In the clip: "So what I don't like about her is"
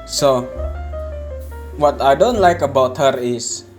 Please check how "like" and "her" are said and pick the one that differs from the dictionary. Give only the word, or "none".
none